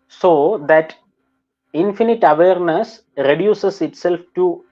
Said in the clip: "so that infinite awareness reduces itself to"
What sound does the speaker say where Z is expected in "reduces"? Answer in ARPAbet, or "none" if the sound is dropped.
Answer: S